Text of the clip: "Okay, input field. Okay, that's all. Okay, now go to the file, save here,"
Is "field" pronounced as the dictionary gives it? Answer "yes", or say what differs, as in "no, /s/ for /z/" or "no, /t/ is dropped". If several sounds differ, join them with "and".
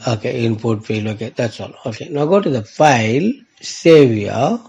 no, /d/ is dropped